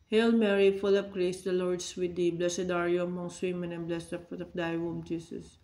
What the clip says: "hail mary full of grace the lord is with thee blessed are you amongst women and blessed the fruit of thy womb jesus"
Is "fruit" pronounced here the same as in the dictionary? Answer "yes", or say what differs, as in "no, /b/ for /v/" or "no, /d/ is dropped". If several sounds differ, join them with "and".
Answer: no, /ɹ/ is dropped